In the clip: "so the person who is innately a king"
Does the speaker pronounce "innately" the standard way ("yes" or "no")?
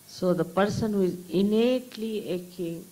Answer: yes